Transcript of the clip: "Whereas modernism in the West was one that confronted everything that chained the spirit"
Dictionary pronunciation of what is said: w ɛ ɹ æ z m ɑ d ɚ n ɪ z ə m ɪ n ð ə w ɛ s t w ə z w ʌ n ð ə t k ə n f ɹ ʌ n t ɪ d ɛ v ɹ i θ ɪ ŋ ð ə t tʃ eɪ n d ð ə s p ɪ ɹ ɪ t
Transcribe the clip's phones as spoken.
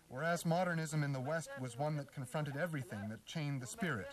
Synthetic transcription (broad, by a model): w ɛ ɹ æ z m ɑ d ɚ n ɪ z ə m ɪ n ð ə w ɛ s t w ə z w ʌ n ð ə t k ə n f ɹ ʌ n t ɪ d ɛ v ɹ i θ ɪ ŋ ð ə t tʃ eɪ n ð ə s p ɪ ɹ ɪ t